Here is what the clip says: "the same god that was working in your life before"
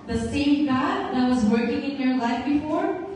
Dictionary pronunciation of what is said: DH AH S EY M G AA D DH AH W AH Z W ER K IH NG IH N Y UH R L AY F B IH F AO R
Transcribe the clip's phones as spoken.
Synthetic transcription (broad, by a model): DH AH S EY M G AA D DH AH W AH Z W ER K IH NG IH N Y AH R L AY F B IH F AO R